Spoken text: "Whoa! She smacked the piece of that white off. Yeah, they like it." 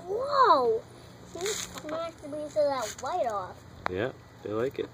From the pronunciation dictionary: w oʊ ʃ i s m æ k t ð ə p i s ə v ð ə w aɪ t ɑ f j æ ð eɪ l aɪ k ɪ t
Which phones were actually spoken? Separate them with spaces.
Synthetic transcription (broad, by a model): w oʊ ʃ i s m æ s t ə b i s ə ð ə w aɪ t ɑ f j æ ð eɪ l aɪ k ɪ t